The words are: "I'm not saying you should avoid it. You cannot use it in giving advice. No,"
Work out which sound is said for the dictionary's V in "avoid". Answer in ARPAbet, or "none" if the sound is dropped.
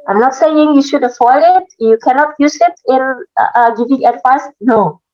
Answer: F